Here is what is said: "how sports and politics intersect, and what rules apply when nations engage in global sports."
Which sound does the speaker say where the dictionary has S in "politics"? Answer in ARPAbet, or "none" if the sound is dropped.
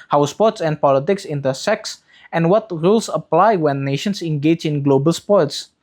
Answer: S